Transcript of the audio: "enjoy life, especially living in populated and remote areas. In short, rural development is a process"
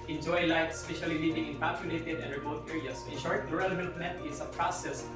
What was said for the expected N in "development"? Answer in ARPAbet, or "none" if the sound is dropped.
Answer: none